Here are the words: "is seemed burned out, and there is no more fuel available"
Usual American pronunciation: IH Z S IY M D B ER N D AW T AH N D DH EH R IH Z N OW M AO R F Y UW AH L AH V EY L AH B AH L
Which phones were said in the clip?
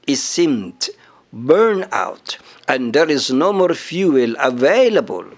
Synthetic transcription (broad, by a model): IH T S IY M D B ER N AW T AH N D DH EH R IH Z N OW M AO R F Y UW AH L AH V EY L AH B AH L